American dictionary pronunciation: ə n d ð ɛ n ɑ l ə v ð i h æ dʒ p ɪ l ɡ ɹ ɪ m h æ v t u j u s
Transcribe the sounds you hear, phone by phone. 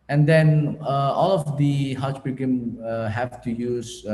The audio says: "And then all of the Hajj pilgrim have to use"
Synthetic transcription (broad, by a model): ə n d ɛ n ɑ l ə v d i h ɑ tʃ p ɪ ɡ ɪ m h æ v t u j u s